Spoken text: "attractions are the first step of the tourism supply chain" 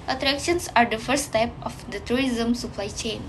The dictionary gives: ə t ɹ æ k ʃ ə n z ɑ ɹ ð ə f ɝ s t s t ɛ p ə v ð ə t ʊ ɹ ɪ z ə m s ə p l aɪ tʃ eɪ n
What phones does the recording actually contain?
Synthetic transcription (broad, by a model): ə t ɹ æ k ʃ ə n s ɑ ɹ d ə f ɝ t s t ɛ p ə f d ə t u ɹ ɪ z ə m s ə p l aɪ tʃ eɪ n